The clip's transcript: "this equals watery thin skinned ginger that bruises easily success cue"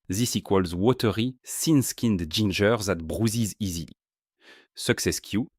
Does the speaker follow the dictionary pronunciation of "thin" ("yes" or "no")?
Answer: no